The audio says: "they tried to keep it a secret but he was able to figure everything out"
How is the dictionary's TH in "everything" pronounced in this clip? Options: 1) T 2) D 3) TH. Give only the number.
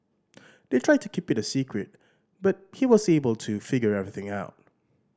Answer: 3